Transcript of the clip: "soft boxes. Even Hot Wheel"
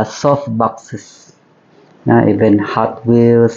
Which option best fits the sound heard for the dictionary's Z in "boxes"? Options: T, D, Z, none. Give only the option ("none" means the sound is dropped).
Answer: none